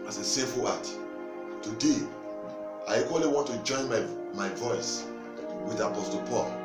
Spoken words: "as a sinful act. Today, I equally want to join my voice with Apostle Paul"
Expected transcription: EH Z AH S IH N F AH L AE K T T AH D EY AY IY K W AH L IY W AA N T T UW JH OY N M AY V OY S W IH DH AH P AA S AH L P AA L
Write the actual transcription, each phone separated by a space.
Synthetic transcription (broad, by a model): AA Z AH S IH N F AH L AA T T AH D EY AY IY K W AH L IY W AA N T T UW JH OY N M AY V OY S W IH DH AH P AA S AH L P AA L